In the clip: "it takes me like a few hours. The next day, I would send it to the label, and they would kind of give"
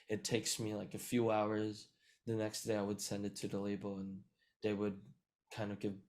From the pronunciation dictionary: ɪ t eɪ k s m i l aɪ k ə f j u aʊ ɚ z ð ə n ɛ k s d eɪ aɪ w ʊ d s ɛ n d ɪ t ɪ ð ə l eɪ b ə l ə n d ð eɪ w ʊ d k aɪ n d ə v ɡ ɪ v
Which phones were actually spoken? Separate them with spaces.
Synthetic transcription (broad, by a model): ɪ t eɪ k s m i l aɪ k ə f j u aʊ ɚ z ð ə n ɛ k s d eɪ aɪ w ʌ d s ɛ n d ɪ t ɪ ð ə l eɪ b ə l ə n ð eɪ w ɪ d k aɪ n d ə v ɡ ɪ v